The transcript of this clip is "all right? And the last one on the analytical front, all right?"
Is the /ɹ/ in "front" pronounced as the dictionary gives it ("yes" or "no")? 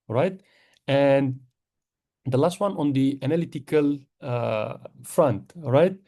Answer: yes